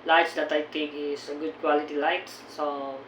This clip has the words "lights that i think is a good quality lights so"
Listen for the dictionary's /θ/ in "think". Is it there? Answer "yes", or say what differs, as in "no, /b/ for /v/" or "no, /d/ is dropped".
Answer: no, /t/ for /θ/